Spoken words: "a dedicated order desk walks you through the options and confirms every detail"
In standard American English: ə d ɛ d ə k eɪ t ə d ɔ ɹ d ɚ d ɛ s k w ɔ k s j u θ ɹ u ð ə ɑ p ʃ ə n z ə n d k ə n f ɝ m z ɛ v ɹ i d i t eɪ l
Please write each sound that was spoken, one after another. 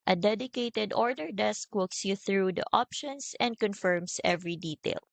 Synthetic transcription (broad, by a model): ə d ɛ d ə k eɪ t ə d ɔ ɹ d ɚ d ɛ s k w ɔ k s j u θ ɹ u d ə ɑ p ʃ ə n s ə n d k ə n f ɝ m s ɛ v ɹ i d i t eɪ l